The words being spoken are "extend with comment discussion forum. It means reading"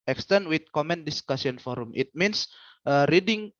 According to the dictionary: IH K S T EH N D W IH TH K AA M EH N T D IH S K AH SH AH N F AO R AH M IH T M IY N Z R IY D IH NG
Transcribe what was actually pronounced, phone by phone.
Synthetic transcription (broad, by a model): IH K S T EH N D W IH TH K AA M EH N D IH S K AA S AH N F AO R AH M IH T M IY N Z R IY D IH NG